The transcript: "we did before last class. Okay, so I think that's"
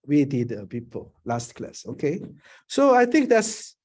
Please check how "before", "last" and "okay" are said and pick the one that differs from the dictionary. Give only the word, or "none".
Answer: before